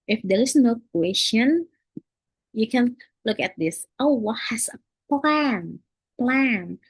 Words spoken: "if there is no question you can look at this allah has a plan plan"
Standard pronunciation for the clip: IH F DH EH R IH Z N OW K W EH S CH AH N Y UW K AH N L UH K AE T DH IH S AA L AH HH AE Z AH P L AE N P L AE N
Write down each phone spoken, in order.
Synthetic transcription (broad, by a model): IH F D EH R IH S N OW K W EH S CH AH N Y UW K AH N L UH K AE T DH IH S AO W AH HH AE S AH P L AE N P L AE N